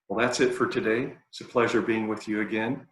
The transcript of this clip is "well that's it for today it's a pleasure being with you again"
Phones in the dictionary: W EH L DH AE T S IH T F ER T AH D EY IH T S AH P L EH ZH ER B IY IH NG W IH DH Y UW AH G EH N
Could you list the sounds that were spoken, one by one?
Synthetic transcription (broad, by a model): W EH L DH AE T S IH T F ER T AH D EY IH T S AH P L EH ZH ER B IY IH NG W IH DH Y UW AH G EH N